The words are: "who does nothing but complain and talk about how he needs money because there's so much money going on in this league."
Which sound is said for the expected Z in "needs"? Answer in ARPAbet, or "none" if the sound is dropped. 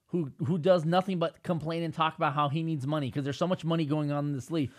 Z